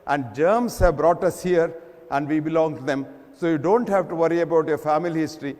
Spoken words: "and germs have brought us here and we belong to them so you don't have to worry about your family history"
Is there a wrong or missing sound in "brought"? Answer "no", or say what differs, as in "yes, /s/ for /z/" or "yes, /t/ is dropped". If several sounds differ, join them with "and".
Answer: no